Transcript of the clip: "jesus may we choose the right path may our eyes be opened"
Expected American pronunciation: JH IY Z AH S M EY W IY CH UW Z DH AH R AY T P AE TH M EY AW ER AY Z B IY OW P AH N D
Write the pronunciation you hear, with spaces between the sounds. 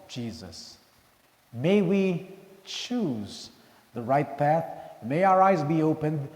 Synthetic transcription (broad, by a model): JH IY Z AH S M EY W IY CH UW Z DH AH R AY T P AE TH M EY AW ER AY Z B IY OW P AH N D